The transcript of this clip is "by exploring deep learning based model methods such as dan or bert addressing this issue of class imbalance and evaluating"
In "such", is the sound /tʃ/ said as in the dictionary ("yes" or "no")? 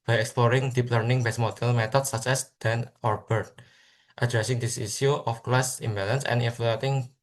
no